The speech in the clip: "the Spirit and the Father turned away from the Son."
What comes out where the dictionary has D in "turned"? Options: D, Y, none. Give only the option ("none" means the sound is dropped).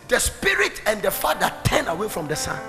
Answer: none